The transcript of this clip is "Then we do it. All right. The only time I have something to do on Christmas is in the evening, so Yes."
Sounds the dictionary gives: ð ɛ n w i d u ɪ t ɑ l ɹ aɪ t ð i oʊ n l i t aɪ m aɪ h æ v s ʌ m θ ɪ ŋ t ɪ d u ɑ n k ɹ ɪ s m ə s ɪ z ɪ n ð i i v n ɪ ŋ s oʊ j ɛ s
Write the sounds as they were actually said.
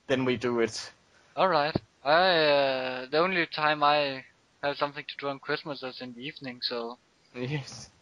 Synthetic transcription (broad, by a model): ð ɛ n w i d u ɪ t ɑ l ɹ aɪ t ð i oʊ n l i t aɪ m aɪ h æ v s ʌ m θ ɪ ŋ t ɪ d u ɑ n k ɹ ɪ s m ə s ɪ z ɪ n ð i i v n ɪ ŋ s oʊ j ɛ s